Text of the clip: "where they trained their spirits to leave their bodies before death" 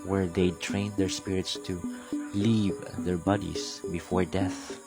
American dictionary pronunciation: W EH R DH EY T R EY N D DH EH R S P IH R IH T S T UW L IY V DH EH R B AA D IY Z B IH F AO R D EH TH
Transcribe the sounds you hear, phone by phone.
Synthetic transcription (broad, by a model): W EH R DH EY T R EY N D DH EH R S P IH R IH T S T UW L IY V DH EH R B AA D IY S B IH F AO R D EH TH